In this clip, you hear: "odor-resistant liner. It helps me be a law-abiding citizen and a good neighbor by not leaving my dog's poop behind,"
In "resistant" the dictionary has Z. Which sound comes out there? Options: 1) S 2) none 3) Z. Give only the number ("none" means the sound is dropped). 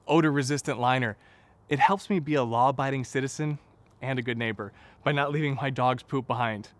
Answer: 3